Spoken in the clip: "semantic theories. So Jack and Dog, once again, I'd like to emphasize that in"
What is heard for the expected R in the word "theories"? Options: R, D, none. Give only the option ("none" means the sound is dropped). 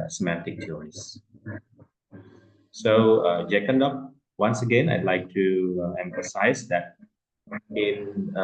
none